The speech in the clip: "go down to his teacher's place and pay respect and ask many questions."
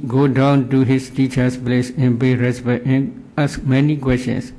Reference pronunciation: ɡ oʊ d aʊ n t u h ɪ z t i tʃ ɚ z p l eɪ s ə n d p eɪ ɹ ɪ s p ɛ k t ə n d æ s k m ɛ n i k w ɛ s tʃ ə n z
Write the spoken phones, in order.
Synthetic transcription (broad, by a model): ɡ oʊ d aʊ n t u h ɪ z t i tʃ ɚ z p l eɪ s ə n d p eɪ ɹ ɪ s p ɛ t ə n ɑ s k m ɛ n i k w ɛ s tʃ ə n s